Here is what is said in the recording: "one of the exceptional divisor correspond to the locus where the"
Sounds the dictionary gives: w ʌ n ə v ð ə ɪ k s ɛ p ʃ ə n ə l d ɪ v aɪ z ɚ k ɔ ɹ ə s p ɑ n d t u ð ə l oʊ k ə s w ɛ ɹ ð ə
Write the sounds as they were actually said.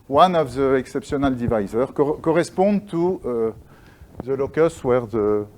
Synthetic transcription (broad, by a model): w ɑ n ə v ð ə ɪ k s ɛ p s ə n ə l d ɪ v aɪ z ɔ k ɔ ɹ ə s p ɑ d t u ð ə l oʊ k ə s w ɛ ɹ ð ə